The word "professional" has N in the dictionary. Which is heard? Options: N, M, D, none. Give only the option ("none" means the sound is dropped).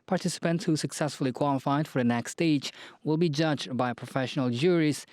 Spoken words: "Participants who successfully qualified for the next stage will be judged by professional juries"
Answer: N